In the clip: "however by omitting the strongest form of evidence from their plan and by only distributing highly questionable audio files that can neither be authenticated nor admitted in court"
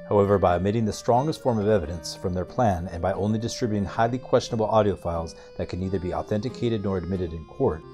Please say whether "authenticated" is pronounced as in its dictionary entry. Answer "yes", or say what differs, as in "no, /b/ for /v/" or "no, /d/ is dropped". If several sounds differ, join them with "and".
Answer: yes